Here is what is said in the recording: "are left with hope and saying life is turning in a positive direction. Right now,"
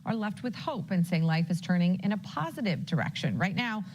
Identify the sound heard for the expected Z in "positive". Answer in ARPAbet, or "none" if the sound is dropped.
Z